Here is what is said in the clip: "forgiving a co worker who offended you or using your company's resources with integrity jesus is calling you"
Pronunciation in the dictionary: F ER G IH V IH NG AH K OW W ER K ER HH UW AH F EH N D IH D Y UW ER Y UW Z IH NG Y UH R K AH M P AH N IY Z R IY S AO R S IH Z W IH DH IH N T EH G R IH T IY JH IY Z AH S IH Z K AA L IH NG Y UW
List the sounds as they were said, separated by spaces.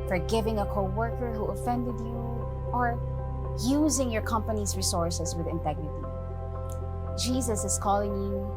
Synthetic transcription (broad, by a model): F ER G IH V IH NG AH K OW W ER K ER HH UW AH F EH N D IH D Y UW ER Y UW Z IH NG Y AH R K AH M P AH N IY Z R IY S AO R S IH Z W IH DH IH N T EH G R IH T IY JH IY Z AH S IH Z K AA L IH NG Y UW